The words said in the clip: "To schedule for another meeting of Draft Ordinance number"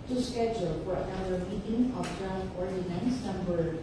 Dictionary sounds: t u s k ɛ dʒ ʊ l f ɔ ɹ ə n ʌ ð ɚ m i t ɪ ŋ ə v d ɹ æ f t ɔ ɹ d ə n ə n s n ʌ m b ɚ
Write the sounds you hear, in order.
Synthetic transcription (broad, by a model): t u s k ɛ dʒ ʊ l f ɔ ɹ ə ʊ ɚ m i t ɪ ŋ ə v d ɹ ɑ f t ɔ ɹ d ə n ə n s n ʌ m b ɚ